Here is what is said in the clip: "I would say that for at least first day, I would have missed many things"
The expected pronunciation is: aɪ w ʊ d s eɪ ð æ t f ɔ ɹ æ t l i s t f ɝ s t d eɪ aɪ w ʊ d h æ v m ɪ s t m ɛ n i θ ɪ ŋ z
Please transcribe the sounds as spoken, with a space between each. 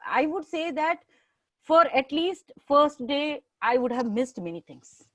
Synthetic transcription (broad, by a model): aɪ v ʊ d s eɪ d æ t f ɔ ɹ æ t l i s t f ɝ s t d eɪ aɪ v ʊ d h æ v m ɪ s t m ɛ n i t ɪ ŋ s